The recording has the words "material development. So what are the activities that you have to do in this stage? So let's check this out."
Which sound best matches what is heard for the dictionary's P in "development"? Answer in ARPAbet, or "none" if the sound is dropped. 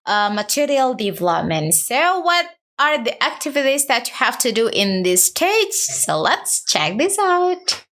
P